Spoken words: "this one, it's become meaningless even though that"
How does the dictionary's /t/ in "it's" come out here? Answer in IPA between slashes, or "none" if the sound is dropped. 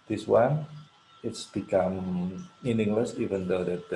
/t/